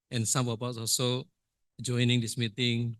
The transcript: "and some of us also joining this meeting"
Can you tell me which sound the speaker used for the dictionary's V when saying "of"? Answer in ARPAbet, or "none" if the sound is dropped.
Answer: P